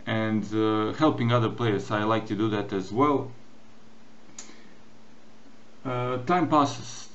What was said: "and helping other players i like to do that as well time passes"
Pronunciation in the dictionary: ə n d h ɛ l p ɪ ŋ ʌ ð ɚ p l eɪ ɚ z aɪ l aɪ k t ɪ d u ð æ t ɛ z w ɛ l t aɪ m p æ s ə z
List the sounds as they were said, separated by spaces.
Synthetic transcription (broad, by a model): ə n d h ɛ l p ɪ ŋ ʌ ð ɚ p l eɪ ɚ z aɪ l aɪ k t ɪ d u ð æ t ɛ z w ɛ l t aɪ m p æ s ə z